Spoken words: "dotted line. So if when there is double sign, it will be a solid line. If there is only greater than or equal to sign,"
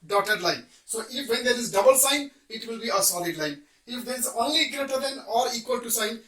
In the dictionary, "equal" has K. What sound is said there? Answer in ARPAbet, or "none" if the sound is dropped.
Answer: K